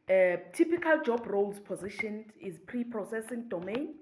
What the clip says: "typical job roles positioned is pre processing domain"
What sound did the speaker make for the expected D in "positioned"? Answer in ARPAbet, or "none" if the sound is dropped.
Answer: none